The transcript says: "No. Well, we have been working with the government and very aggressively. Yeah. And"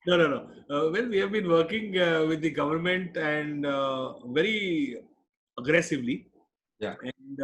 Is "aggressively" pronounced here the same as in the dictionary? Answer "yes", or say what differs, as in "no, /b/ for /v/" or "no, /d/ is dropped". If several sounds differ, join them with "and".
yes